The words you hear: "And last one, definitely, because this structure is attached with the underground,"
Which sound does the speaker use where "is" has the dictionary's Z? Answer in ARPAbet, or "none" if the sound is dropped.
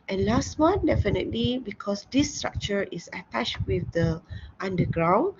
S